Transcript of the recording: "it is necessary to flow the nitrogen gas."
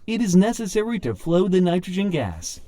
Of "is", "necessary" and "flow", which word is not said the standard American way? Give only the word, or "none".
none